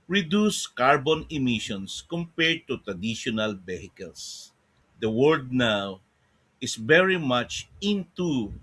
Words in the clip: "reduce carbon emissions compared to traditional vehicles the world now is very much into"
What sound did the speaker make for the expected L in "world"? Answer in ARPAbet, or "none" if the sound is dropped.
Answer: none